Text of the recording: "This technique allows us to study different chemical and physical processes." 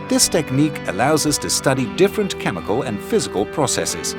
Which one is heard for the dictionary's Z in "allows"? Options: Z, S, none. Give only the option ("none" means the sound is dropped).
Z